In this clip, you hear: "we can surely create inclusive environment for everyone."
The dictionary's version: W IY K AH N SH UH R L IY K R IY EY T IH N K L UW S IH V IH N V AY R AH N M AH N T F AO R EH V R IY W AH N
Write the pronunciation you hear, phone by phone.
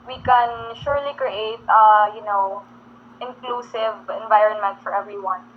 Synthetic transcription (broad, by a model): W IY K AH N SH UH R L IY K R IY EY T IH N K L UW S IH V IH N V AY R AH N M AH N T F AO R EH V R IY W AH N